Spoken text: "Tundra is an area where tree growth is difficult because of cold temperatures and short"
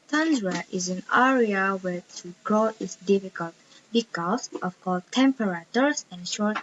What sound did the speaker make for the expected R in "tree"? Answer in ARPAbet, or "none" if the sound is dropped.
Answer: none